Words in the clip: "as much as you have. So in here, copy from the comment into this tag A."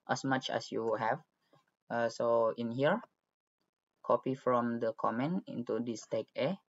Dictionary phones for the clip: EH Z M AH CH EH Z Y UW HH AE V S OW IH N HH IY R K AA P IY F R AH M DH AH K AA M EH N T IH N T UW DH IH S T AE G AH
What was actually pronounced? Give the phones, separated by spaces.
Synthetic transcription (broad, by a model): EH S M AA CH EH S Y UW HH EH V S OW IH N HH IY R K AA P IY F R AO M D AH K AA M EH N IH N T UW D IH S T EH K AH